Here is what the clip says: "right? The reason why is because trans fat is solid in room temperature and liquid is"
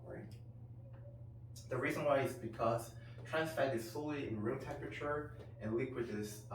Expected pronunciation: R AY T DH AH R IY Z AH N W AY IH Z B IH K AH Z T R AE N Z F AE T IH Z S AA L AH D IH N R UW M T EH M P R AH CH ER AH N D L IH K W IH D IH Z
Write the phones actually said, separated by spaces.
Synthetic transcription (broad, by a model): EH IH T DH AH R IY Z AH N W AY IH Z B IH K AH Z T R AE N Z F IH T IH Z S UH L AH IH N R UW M T EH M P R AH CH ER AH N L IH K W IH D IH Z